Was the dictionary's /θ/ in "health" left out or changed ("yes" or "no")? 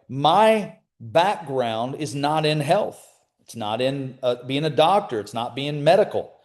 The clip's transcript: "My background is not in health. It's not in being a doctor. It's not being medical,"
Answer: no